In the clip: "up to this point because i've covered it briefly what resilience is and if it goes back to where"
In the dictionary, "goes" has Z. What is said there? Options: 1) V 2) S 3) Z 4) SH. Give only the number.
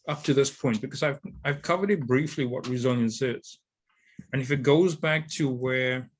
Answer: 3